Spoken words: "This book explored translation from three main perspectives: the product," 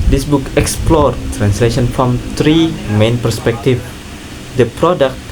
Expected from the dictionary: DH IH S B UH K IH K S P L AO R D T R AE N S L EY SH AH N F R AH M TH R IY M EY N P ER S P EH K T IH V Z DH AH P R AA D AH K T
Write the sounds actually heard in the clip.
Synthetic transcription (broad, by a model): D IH S B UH K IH K S P L AO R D T R AE N S L EY SH AH N F R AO M T R IY M EY N P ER S P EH K T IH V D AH P R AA D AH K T